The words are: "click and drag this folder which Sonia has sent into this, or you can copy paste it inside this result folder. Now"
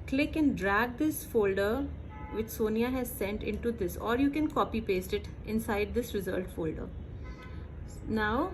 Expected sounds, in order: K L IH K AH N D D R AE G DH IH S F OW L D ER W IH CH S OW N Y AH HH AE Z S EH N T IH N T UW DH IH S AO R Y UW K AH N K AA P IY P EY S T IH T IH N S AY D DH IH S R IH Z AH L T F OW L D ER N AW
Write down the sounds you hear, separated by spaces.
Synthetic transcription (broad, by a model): K L IH K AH N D D R AE G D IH S F OW L D ER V IH CH S OW N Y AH HH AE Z S EH N T IH N T UW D IH S AO R Y UW K AH N K AA P IY P EY S T IH T IH N S AY D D IH S R IH Z AH L T F OW L D ER N AW